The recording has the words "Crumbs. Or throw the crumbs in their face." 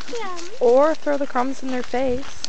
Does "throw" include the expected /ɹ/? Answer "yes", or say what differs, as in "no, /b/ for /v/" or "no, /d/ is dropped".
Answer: yes